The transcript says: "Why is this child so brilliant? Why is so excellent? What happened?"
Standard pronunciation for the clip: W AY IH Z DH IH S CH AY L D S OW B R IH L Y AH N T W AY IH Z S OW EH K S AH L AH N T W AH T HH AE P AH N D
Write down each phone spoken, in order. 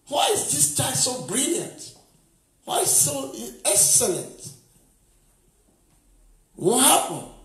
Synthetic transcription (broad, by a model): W AY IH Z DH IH S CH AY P S OW B R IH L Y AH N T W AY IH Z S OW EH K S AH L AH N T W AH HH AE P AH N